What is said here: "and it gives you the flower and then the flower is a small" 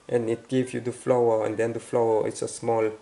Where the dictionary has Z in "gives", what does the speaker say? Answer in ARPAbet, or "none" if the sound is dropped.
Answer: none